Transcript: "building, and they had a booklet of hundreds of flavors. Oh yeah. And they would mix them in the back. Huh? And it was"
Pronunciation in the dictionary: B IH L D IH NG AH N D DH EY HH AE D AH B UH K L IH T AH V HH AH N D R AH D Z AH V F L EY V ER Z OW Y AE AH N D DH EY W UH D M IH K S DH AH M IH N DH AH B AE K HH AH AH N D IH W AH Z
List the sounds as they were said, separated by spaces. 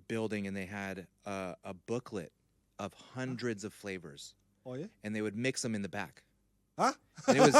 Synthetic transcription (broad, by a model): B IH L D IH NG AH N DH EY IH D AH B UH K L IH T AH V HH AH N D R AH D Z AH V F L EY V ER Z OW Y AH N DH EY W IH D M IH K S DH AH M IH N DH AH B AE K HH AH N IH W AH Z